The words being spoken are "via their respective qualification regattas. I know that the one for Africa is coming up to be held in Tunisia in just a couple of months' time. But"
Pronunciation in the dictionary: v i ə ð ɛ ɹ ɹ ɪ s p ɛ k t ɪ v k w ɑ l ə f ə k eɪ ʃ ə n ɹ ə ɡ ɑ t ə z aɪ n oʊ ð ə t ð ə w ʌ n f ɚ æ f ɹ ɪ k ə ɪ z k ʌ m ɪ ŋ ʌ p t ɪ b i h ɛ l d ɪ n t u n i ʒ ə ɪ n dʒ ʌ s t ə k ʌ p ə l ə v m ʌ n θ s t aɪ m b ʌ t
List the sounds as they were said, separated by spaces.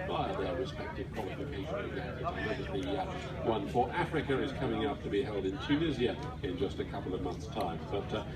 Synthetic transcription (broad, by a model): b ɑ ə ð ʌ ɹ ɹ ɪ s p ɛ k t ɪ v k w ɑ l ə f ə k eɪ ʃ ə n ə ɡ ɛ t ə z aɪ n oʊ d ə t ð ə w ʌ n f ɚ æ f ɹ ɪ k ə ɪ z k ʌ m ɪ ŋ ʌ p t ɪ b i h ɛ l d ɪ n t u n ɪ z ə ɪ n dʒ ʌ s t ə k ʌ p l ə v m ʌ n θ s t aɪ m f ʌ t